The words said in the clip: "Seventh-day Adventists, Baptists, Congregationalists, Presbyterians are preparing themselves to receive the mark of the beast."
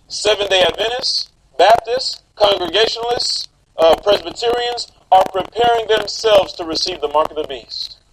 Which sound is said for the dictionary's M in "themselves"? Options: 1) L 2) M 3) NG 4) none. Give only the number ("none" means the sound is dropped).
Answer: 2